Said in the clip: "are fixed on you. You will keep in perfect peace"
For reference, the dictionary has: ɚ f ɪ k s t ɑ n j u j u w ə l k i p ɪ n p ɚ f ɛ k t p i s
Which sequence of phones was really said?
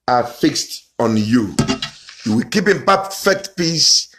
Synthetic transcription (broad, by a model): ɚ f ɪ k s t ɑ n j u j u w ə l k i p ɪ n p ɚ f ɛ k t p i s